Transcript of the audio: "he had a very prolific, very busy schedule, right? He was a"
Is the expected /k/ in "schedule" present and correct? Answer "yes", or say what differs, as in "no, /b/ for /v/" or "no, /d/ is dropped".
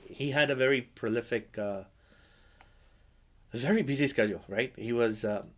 yes